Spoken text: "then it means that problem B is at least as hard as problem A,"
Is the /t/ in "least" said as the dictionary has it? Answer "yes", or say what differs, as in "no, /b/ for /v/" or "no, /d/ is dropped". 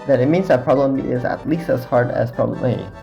yes